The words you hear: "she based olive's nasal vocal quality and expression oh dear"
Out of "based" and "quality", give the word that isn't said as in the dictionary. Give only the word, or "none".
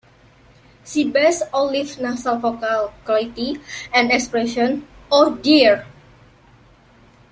based